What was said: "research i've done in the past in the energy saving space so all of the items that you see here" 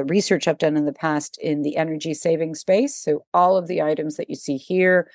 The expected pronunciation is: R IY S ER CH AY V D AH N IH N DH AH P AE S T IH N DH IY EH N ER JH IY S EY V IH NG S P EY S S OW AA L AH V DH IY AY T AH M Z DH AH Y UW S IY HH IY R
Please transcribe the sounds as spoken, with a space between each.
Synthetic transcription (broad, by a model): R IY S ER CH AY P D AH N IH N DH AH P AE S T IH N DH IY EH N ER JH IY S EY V IH NG S P EY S S OW AA L AH V DH IY AY T AH M Z DH AH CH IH S IY HH IY R